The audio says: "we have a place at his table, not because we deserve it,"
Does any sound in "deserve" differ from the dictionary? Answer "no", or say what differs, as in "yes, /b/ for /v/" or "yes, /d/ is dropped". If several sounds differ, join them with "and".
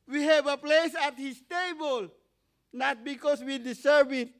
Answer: yes, /s/ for /z/